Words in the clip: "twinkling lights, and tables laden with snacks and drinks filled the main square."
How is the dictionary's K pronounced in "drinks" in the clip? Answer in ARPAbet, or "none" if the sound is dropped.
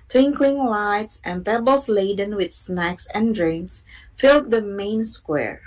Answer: K